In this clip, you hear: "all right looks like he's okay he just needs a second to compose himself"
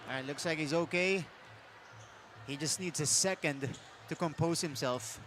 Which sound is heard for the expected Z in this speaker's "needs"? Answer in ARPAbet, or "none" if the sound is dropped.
Z